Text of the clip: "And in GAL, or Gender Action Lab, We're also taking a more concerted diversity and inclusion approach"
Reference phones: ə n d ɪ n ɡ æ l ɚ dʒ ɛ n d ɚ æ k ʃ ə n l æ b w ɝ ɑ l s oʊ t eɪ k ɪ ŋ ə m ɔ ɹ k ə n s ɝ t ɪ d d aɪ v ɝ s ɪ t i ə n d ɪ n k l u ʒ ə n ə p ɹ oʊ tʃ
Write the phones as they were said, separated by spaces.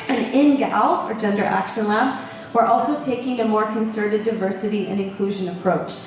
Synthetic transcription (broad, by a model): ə n ɪ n ɡ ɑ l ɚ dʒ ɛ n d ɚ æ k ʃ ə n l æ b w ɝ ɑ l s oʊ t eɪ k ɪ ŋ ə m ɔ ɹ k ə n s ɝ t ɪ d d aɪ v ɝ s ɪ t i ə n ɪ n k l u ʒ ə n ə p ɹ oʊ tʃ